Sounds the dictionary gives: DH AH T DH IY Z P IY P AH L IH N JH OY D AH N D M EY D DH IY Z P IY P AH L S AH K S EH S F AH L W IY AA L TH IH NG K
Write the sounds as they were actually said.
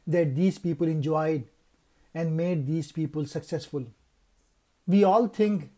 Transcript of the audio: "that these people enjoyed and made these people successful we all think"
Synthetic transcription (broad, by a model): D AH T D IY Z P IY P AH L IH N JH OY D AH N D M EY D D IY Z P IY P AH L S AH K S EH S F AH L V IY AA L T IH NG K